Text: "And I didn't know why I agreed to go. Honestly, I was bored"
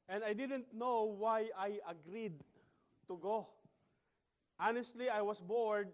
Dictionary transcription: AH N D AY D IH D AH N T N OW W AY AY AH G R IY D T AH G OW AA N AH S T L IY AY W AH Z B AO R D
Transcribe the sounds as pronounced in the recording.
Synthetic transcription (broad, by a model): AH N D AY D IH D AH N T N OW W AY AY AH G R IY D T AH G OW AA N AH S T L IY AY W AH S B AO R D